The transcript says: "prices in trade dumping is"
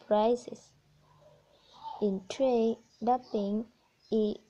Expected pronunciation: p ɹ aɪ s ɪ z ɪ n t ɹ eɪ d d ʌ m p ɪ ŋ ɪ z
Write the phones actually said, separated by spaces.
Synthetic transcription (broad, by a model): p ɹ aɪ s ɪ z ɪ n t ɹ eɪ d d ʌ p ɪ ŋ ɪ